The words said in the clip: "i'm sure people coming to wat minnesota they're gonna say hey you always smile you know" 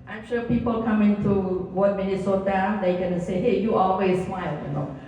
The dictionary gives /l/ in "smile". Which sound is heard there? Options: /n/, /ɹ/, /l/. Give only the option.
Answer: /l/